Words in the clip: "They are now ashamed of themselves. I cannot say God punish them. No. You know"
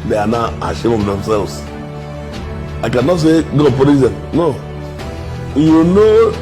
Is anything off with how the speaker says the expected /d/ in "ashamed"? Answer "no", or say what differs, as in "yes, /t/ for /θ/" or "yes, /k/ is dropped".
yes, /d/ is dropped